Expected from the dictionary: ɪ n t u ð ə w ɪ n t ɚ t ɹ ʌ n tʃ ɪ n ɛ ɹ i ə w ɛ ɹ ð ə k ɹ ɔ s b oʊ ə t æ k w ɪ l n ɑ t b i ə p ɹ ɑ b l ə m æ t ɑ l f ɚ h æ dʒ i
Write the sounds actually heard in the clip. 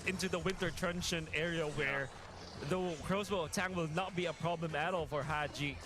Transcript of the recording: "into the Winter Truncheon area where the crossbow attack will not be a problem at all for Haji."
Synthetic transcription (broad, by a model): ɪ n t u ð ə w ɪ n t ɚ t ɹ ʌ n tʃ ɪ n ɛ ɹ i ə w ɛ ɹ ð ə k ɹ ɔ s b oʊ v t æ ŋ w ɪ l n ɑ t b i ə p ɹ ɑ b l ə m æ t ɑ l f ɚ h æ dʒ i